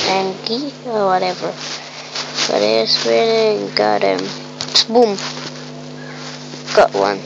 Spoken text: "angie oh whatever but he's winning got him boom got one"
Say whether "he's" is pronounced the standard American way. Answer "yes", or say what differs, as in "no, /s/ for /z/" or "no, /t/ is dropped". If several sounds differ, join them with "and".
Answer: no, /s/ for /z/